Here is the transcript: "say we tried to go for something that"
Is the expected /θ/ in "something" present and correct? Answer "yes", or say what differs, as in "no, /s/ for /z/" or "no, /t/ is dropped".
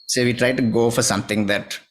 no, /t/ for /θ/